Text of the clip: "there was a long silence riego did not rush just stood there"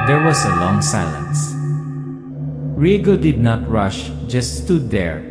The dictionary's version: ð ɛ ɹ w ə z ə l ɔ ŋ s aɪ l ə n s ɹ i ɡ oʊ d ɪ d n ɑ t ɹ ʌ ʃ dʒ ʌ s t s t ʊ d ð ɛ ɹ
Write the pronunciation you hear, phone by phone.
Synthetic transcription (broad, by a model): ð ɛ ɹ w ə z ə l ɔ ŋ s aɪ l ə n s ɹ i ɡ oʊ d ɪ d n ɑ t ɹ ʌ ʃ dʒ ʌ s t s t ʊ d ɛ ɹ